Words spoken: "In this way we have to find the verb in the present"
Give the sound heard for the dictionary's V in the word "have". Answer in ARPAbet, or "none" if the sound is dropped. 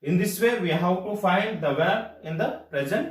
W